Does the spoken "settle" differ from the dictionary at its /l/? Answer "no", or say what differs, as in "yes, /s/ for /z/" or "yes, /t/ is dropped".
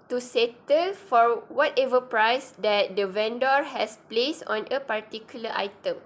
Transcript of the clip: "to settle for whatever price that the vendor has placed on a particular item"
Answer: no